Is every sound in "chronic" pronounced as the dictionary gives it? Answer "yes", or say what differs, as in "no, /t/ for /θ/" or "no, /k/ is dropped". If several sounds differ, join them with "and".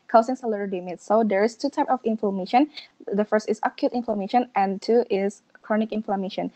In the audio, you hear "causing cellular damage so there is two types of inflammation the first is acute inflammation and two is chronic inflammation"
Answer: yes